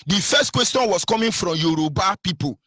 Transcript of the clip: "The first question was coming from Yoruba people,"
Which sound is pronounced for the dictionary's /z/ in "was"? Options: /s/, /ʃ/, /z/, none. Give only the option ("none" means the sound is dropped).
/s/